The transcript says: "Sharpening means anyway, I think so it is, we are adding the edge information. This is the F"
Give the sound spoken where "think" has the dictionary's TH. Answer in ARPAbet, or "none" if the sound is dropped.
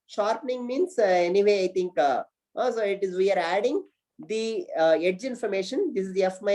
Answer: T